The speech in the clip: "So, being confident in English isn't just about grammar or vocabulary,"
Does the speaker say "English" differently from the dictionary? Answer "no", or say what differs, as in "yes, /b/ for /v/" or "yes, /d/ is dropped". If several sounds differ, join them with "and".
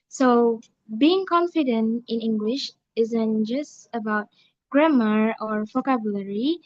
no